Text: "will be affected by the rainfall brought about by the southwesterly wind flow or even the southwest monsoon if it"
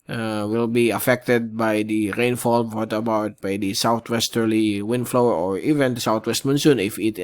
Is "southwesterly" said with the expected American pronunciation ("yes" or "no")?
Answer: no